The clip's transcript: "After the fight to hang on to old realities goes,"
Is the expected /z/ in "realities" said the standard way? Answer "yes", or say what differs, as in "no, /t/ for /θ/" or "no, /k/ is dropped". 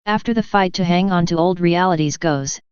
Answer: yes